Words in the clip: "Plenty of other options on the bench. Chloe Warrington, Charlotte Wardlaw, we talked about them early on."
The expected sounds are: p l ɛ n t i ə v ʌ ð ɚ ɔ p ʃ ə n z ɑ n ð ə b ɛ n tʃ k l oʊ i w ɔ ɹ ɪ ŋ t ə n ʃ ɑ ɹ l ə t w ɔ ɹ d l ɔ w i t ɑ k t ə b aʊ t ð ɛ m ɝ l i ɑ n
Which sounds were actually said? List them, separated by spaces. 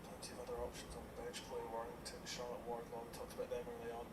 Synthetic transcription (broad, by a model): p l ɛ n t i ə v ʌ ð ɚ ɔ p ʃ ə n z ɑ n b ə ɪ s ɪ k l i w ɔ ɹ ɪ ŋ t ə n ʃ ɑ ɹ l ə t w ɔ ɹ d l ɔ t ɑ k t ə b aʊ t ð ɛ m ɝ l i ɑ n